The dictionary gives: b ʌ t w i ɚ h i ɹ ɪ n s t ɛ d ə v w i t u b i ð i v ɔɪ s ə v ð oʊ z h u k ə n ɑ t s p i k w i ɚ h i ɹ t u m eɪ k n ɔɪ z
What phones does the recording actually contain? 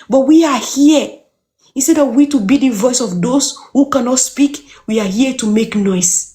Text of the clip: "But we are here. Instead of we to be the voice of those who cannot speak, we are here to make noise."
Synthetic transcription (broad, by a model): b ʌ t w i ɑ h i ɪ s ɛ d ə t w i t u b i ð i v ɔɪ s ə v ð oʊ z h u k ə n ɑ t s p i k w i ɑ h i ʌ t u m eɪ k n ɔɪ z